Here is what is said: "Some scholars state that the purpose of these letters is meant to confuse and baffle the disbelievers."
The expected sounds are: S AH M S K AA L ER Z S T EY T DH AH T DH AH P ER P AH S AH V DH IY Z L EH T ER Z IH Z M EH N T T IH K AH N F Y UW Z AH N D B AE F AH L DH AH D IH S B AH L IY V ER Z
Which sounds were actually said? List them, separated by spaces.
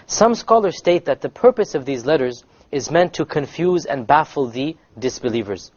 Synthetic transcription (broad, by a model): S AH M S K AA L ER Z S T EY T DH AH T DH AH P ER P AH S AH V DH IY Z L EH T ER Z IH Z M EH N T T IH K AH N F Y UW Z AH N B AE F L DH AH D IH S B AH L IY V ER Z